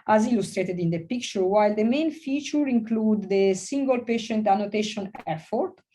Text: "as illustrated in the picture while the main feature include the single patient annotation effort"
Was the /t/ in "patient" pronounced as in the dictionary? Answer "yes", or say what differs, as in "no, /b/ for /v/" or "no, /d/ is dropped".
yes